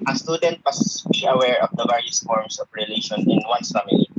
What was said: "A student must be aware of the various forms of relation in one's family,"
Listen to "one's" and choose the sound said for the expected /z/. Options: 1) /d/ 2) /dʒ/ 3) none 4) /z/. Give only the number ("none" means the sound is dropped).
3